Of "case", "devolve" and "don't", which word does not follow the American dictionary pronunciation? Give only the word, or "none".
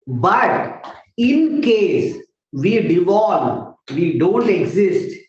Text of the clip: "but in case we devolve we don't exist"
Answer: devolve